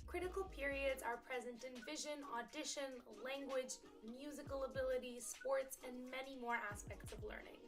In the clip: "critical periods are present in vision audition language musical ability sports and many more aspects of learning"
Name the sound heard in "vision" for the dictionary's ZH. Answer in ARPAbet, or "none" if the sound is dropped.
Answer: ZH